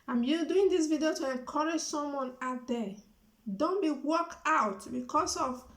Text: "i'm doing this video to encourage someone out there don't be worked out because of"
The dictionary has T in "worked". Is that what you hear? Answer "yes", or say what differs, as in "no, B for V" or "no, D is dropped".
no, T is dropped